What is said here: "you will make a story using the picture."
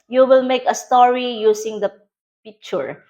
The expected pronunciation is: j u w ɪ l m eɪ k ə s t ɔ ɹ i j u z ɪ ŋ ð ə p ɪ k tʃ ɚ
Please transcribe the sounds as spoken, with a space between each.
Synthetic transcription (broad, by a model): j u w ɪ l m eɪ k ə s t ɔ ɹ i j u s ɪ ŋ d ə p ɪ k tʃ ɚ